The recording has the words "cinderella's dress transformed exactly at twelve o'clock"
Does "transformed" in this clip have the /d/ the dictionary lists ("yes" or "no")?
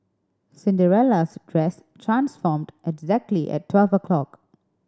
yes